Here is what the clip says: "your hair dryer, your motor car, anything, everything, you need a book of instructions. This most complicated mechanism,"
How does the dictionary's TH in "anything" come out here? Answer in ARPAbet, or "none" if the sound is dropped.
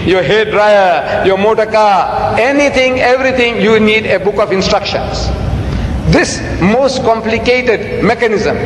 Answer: T